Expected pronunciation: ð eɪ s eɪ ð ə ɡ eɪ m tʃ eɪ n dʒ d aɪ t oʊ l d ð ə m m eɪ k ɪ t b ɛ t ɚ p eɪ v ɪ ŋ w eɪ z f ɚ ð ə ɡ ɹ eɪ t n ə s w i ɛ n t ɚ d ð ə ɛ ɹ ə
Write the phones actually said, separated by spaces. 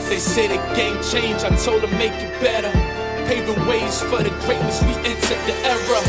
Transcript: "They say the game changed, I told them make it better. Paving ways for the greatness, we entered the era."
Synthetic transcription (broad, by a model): ð eɪ s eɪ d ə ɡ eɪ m tʃ eɪ n dʒ aɪ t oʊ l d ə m m eɪ k ɪ t b ɛ t ɚ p eɪ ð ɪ w eɪ z f ɚ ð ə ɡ ɹ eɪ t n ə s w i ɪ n s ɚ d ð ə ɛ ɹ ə